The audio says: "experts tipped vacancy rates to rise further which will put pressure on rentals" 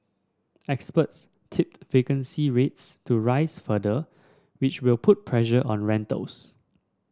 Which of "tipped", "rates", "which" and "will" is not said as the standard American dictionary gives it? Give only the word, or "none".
none